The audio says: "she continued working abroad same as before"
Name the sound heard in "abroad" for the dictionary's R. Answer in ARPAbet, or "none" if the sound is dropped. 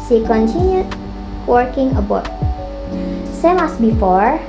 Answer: none